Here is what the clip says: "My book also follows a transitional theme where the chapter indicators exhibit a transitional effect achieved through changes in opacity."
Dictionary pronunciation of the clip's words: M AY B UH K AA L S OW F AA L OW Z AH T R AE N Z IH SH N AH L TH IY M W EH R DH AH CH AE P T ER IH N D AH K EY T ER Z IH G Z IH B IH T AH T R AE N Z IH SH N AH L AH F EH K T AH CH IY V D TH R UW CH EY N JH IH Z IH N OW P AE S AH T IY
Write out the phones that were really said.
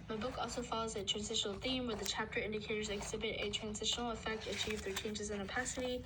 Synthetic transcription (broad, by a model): M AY B UH K AA L S OW F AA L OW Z AH T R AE N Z IH SH N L TH IY M W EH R DH AH CH AE P T ER IH N D AH K EY T ER Z IH G Z IH B IH T AH T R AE N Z IH SH N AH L AH F EH K T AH CH IY V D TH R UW CH EY N JH IH Z IH N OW P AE S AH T IY